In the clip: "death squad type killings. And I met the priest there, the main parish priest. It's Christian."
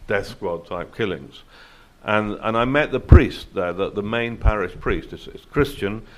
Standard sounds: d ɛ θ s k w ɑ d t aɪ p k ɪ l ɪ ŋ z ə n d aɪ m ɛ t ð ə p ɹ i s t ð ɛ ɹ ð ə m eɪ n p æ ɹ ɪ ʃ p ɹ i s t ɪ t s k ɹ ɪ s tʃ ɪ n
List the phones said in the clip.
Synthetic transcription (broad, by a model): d ɛ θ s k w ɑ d t aɪ p k ɪ l ɪ ŋ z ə n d aɪ m ɛ t ð ə p ɹ i s t ð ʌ ɹ ð ə m eɪ n p æ ɹ ɪ ʃ p ɹ i s t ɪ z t k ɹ ɪ s tʃ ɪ n